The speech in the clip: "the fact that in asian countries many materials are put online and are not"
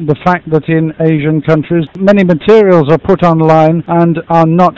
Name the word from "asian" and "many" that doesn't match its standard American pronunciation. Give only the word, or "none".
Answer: none